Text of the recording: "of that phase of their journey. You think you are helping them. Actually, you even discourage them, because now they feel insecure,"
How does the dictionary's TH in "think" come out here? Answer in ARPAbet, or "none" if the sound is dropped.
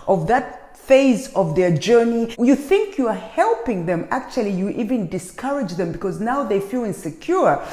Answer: TH